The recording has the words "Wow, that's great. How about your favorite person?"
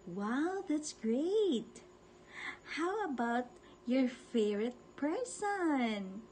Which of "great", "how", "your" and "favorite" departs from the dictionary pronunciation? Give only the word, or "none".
favorite